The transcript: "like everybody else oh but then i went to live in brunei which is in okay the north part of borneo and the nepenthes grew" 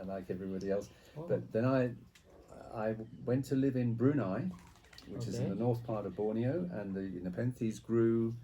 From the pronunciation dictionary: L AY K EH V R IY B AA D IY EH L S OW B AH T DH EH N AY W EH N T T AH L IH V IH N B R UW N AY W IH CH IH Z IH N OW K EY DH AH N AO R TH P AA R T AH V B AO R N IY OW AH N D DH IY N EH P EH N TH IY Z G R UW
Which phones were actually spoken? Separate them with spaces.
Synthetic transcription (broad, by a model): L AY K EH V R IY B AA D IY EH L S B AH T DH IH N AY W EH N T T AH L IH V IH N B R UW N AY W IH CH IH Z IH N DH AH N AO R TH P AA R T AH V B AO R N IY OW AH N DH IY N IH P EH N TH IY Z G R UW